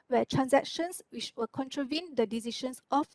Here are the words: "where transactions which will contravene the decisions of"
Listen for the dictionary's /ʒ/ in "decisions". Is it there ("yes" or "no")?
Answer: no